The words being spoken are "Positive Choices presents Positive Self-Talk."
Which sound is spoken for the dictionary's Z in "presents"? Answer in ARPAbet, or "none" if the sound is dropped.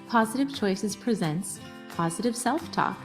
Z